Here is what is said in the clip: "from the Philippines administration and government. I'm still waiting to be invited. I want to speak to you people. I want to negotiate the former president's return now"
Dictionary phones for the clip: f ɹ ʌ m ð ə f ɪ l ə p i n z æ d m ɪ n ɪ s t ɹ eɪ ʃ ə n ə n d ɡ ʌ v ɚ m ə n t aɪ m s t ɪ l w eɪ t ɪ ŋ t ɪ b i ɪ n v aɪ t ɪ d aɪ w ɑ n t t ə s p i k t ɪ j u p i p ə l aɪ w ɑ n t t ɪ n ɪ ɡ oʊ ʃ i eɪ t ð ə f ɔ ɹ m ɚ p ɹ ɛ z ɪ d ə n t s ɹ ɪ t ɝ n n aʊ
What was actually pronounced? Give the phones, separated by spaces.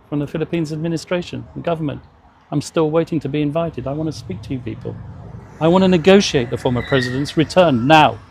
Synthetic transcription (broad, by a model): f ɹ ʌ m ð ə f ɪ l ə p i n z æ d m ɪ n ɪ s t ɹ eɪ ʃ ə n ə ɡ ʌ v ɚ m ə n t aɪ m s t ɪ l w eɪ t ɪ ŋ t ɪ b i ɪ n v aɪ t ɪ d aɪ w ɑ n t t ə s p i k t ɪ j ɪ p i p ə l aɪ w ɑ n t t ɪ n ɪ ɡ oʊ ʃ i eɪ t ð ə f ɔ ɹ m ɚ p ɹ ɛ z ɪ d ə n t s ɹ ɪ t ɝ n n aʊ